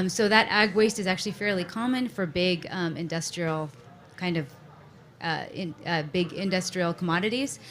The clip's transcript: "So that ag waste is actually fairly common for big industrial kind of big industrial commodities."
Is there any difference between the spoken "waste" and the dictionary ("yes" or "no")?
no